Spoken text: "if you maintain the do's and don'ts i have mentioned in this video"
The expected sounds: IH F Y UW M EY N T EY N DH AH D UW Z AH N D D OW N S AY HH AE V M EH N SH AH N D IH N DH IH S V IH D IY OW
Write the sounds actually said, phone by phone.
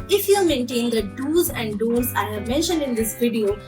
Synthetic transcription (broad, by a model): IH F Y UW M EY N T EY N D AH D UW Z AH N D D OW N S AY HH AE V M EH N SH AH N D IH N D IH S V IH D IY OW